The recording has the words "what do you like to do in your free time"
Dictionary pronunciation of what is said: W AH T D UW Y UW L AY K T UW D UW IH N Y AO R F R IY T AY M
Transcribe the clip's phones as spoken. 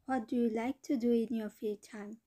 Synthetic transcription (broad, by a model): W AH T D UW Y UW L AY K T UW D UW IH N Y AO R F IY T AY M